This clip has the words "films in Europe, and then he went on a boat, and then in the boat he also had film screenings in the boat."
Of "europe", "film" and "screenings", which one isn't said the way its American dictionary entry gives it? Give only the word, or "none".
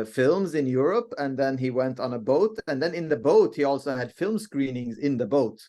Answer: none